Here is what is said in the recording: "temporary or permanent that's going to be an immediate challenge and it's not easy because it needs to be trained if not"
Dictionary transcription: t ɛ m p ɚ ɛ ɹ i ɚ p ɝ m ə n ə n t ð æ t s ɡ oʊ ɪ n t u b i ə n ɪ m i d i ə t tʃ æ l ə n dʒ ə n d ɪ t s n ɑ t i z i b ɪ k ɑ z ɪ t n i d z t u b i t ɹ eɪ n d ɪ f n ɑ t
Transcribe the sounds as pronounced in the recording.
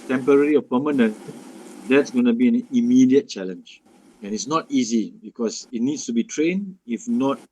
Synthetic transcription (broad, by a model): t ɛ m p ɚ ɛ ɹ i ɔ p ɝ m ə n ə n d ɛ t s ɡ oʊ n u b i ə n ɪ m i d i ə t tʃ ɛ l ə n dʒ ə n ɪ t s n ɑ t i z i b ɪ k ɑ s ɪ t n i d s t u b i t ɹ eɪ n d ɪ f n ɑ t